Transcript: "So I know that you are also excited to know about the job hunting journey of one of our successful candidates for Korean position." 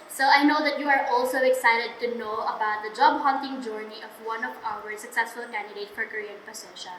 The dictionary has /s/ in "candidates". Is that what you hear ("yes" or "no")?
no